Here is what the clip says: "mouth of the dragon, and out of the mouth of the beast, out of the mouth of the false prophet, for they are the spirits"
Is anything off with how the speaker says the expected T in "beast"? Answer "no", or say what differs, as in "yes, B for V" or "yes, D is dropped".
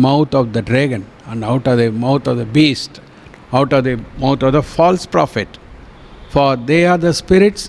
no